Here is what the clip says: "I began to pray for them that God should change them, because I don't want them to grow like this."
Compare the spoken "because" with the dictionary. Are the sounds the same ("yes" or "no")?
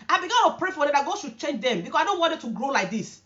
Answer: no